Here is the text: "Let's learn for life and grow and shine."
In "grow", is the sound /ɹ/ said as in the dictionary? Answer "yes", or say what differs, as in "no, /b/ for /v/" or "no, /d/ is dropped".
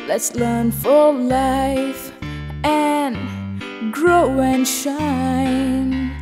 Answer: yes